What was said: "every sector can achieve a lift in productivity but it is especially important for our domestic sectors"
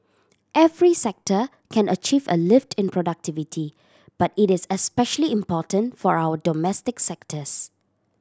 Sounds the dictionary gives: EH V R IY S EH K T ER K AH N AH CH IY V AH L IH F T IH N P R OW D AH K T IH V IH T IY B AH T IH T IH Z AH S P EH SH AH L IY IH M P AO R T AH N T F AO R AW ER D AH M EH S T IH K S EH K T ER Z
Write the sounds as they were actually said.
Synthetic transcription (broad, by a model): EH V R IY S EH K T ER K AH N AH CH IY V AH L IH F T IH N P R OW D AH K T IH V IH T IY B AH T IH T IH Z AH S P EH SH AH L IY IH M P AO T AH N T F AO R AW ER D AH M EH S T IH K S EH K T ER S